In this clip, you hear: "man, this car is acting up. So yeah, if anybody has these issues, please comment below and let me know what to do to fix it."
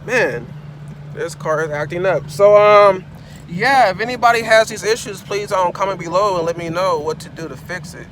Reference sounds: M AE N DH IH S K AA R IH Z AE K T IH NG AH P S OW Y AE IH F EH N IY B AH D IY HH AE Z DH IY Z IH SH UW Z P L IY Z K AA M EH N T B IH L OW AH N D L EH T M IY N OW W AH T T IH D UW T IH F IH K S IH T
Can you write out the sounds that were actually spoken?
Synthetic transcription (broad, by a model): M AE N DH IH S K AA R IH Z AE K T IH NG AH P S OW Y AE IH F EH N IY B AH D IY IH Z DH IY Z IH SH UW Z P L IY Z K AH M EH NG B IH L OW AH N L EH T M IY N OW W AH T T IH D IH T IH F IH K S IH T